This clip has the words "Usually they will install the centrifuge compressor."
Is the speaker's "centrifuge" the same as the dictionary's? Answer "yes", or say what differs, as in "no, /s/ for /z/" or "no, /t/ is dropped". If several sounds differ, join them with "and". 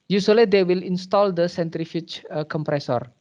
no, /tʃ/ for /dʒ/